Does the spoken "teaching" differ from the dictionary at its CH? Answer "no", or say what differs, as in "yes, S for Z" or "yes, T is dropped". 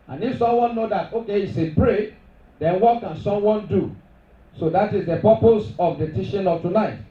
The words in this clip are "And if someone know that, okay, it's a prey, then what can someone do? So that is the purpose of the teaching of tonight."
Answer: yes, SH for CH